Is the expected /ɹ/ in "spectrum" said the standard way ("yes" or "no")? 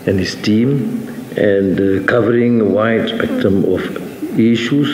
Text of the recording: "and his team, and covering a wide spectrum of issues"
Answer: no